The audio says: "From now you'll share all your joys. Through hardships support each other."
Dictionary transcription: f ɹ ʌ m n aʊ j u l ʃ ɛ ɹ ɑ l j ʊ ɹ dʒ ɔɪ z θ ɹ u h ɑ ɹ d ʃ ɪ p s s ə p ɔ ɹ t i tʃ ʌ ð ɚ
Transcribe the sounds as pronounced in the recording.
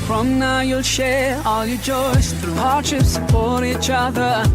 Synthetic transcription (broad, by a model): f ɹ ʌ m n aʊ j u l ʃ ɛ ɹ ɑ l j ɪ dʒ ɔɪ s θ ɹ u h ɑ ɹ d ʃ ɪ p s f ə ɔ ɹ i tʃ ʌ ð ɚ